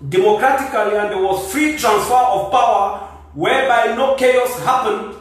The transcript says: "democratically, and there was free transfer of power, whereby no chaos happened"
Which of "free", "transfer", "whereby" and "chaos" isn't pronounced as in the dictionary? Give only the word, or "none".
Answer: none